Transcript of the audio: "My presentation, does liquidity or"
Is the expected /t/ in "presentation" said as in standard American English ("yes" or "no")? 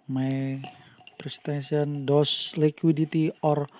no